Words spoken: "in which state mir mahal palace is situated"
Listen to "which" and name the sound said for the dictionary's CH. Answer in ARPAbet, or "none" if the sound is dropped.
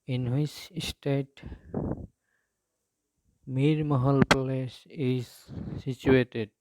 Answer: S